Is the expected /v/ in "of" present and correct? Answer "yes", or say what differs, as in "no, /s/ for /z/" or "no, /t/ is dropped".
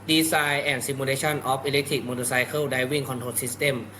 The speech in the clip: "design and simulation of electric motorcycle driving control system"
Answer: no, /p/ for /v/